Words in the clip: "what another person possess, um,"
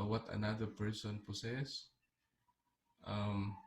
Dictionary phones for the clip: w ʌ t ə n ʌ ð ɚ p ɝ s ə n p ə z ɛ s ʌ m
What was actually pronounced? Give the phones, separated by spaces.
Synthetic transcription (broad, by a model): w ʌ t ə n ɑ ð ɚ p ɝ s ə n p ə s ɛ s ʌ m